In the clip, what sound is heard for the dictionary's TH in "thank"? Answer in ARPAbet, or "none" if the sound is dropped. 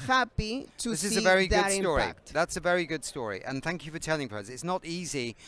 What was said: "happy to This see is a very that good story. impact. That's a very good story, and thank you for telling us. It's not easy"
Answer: TH